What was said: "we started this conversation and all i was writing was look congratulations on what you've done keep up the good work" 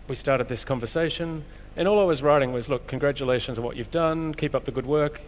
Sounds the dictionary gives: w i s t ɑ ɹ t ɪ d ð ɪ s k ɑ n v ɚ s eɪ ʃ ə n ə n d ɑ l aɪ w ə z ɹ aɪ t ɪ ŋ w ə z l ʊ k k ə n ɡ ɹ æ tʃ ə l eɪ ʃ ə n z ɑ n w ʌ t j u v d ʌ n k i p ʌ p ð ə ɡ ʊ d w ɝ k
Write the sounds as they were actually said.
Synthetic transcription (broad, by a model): w i s t ɑ ɹ t ɪ d ð ɪ s k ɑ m v ɚ s eɪ ʃ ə n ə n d ɑ l aɪ w ə z ɹ aɪ t ɪ ŋ w ə z l ʊ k k ə n ɡ ɹ æ tʃ ə l eɪ ʃ ə n z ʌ w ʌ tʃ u v d ʌ n k i p ʌ p ð ə ɡ ʊ d w ɝ k